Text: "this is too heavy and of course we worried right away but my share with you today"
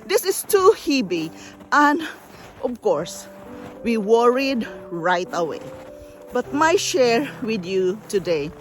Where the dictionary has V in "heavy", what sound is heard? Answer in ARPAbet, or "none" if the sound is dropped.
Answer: B